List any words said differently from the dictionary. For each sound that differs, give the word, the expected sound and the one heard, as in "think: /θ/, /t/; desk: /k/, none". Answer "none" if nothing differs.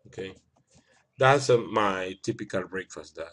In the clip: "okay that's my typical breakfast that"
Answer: none